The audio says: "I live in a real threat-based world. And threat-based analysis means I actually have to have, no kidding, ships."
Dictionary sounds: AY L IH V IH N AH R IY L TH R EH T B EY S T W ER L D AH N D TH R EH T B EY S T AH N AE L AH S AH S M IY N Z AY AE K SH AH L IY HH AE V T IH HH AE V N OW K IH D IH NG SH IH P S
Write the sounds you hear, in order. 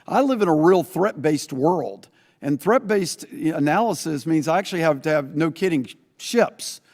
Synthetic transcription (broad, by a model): AY L IH V IH N AH R IY L TH R EH T B EY S T W ER L D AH N TH R EH T B EY S T AH N AE L AH S AH S M IY N Z AY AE K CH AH L IY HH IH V T IH V N OW K IH D IH NG SH IH P S